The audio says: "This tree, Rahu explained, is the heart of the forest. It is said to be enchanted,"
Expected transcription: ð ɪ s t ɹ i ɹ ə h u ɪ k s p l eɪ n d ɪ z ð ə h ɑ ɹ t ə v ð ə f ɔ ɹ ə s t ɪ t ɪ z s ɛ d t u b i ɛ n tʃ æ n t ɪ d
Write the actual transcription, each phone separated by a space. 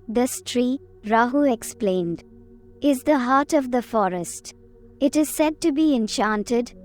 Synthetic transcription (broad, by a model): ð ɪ s t ɹ i ɹ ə h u ɪ k s p l eɪ n d ɪ z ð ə h ɑ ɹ t ə v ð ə f ɔ ɹ ə s t ɪ t ɪ z s ɛ d t u b i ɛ n tʃ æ n t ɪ d